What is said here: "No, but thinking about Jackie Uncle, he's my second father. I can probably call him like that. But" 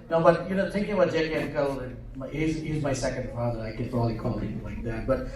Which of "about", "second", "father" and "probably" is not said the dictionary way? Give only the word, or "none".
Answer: probably